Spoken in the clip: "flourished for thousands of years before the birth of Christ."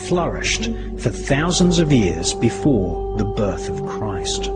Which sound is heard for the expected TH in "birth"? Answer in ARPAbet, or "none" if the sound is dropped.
TH